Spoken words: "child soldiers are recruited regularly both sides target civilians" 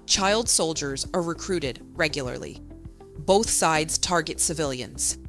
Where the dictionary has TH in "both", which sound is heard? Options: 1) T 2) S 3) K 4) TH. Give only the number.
4